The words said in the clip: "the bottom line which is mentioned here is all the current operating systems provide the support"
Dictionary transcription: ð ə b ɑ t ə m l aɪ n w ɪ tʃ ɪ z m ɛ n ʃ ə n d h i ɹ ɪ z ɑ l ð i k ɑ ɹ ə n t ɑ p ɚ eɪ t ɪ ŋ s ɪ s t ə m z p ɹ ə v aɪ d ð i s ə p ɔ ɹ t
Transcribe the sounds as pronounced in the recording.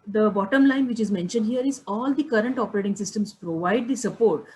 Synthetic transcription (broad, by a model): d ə b ɑ t ə m l aɪ n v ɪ tʃ ɪ z m ɛ n ʃ ə n d h i ɹ ɪ z ɑ l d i k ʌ ɹ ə n t ɑ p ɚ eɪ t ɪ ŋ s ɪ s t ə m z p ɹ ə v aɪ d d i s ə p ɔ ɹ t